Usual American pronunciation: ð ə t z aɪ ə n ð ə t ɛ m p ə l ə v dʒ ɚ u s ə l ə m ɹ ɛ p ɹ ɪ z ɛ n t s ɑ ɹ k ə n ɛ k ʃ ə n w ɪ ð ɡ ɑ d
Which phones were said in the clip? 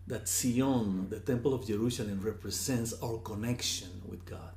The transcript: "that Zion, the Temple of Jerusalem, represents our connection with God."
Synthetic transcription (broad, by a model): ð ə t s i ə n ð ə t ɛ m p ə l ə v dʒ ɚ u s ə l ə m ɹ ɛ p ɹ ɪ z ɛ n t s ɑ w k ə n ɛ k ʃ ə n w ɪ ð ɡ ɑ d